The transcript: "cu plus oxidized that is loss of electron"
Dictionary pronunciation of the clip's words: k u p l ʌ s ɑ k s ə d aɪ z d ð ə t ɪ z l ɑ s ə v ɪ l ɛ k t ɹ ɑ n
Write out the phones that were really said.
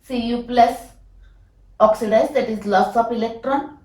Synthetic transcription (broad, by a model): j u p l ʌ s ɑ k s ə d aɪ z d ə t ɪ z l ɑ s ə p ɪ l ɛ k t ɹ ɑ n